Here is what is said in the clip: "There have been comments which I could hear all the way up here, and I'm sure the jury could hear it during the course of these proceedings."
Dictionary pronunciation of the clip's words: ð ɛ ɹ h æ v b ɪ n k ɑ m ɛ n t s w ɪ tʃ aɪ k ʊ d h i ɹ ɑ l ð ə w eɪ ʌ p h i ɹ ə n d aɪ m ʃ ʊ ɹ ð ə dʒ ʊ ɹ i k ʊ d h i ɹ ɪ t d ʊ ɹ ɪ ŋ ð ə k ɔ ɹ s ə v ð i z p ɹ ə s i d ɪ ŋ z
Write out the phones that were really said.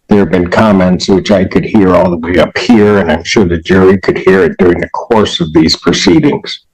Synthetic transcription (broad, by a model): ð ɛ ɹ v b ɪ n k ɑ m ɛ n t s w ɪ tʃ aɪ k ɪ d h i ɹ ɑ l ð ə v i ʌ p h i ɹ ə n aɪ m ʃ ʊ ɹ ð ə dʒ ʊ ɹ i k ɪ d h i ɹ ɪ t d ʊ ɹ ɪ ŋ ð ə k ɔ ɹ s ə v ð i z p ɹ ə s i d ɪ ŋ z